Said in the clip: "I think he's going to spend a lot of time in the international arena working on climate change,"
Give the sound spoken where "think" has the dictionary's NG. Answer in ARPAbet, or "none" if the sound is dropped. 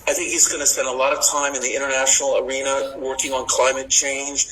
NG